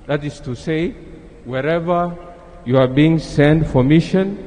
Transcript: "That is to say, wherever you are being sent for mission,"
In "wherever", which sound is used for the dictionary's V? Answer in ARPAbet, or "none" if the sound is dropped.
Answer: V